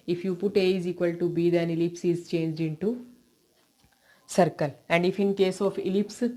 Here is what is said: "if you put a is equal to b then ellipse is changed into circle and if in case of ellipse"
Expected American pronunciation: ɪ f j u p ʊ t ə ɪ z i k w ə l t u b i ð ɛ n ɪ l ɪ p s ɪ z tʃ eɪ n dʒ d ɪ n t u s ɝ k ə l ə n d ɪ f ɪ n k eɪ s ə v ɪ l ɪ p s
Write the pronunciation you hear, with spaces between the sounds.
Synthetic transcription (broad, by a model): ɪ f j u p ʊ t ə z i k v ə l t u b i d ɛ n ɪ l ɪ p s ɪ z tʃ eɪ n dʒ d ɪ n t u s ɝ k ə l ə n d ɪ f ɪ n k eɪ s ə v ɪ l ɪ p s